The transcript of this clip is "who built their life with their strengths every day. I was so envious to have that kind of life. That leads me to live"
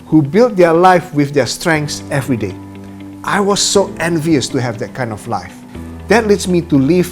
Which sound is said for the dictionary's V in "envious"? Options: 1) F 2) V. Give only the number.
2